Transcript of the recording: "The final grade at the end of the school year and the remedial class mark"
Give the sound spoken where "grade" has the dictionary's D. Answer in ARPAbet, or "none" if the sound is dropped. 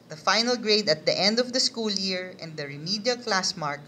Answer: D